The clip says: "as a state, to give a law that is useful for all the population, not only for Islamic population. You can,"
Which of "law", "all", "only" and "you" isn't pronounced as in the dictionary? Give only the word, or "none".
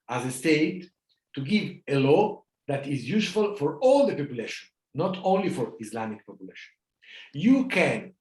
none